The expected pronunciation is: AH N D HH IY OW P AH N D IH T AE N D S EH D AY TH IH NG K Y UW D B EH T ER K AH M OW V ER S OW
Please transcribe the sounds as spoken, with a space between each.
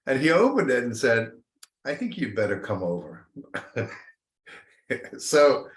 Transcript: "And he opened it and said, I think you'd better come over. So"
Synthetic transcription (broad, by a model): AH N IY OW P AH N D IH T N S EH D AY TH IH NG K Y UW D B EH T ER K AH M OW V ER S OW